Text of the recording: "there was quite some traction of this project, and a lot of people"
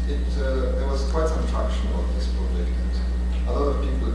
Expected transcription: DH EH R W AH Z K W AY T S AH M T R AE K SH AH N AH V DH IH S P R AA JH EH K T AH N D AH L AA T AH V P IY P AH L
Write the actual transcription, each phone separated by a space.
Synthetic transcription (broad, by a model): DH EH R W AH Z K W AY T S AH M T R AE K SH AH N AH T DH IH S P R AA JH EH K AH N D AH L AA T AH V P IY P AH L